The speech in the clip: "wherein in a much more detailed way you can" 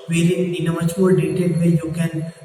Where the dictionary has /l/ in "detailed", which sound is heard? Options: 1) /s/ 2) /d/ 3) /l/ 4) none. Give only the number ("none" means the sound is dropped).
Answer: 4